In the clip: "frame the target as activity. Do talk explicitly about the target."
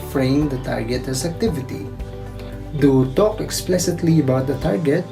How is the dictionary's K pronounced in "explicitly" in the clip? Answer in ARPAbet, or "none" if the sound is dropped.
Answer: K